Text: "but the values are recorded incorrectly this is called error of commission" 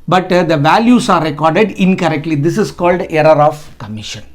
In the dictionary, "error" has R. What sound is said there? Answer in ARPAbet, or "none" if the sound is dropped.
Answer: R